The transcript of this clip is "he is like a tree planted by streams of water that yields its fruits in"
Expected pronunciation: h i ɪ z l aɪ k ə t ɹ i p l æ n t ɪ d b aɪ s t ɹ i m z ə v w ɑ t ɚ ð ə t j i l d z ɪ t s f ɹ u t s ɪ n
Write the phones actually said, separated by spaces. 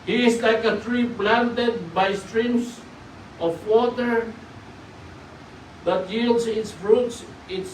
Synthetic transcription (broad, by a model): h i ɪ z l aɪ k ə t ɹ i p l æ n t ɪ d b aɪ s t ɹ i m s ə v w ɑ t ɚ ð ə t j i l d s ɪ t s f ɹ u t s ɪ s